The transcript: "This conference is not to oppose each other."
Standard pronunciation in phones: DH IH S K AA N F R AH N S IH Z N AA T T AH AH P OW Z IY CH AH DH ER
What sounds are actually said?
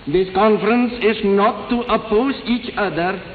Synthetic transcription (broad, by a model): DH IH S K AA N F R AH N S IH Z N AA T T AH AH P OW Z IY CH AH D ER